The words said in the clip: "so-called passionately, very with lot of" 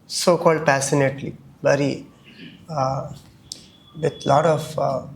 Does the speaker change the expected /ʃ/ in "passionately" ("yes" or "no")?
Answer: yes